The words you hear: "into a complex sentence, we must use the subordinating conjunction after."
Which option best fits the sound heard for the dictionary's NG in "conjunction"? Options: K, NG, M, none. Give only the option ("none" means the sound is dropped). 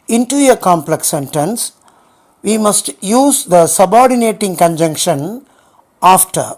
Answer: NG